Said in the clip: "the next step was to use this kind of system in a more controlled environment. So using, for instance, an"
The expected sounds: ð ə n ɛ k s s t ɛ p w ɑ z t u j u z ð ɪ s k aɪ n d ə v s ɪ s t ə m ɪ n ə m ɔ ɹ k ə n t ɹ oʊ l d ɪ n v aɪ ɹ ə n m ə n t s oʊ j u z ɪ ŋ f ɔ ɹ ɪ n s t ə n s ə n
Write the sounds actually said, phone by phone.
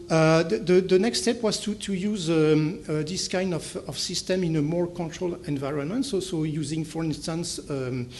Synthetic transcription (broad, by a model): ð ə n ɛ k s s t ɛ p w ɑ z t u j u z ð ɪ s k aɪ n d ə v s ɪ s t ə m ɪ n ə m ɔ ɹ k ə n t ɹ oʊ l ɪ n v aɪ ɹ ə n m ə n t s oʊ j u z ɪ ŋ f ɔ ɹ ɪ n s t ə n s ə